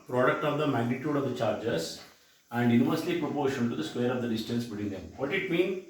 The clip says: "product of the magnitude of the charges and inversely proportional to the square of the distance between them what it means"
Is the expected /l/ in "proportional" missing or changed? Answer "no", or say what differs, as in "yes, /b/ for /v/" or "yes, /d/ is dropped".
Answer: yes, /n/ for /l/